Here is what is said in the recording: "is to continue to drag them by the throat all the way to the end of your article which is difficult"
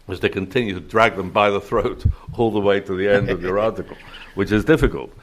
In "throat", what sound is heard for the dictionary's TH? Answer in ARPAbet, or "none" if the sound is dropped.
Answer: TH